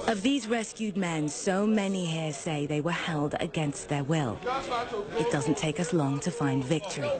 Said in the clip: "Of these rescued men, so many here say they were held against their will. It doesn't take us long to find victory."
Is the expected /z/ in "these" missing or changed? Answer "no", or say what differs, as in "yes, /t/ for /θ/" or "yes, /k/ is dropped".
no